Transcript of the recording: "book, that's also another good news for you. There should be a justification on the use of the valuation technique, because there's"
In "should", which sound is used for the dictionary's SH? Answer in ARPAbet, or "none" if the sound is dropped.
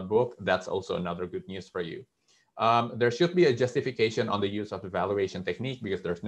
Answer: SH